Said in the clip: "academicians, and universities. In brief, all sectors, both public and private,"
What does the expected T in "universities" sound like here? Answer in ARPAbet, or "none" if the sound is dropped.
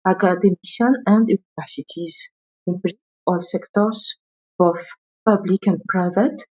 T